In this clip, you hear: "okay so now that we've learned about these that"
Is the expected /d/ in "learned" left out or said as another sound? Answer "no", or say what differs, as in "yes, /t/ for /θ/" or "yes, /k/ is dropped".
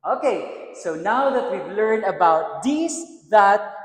yes, /d/ is dropped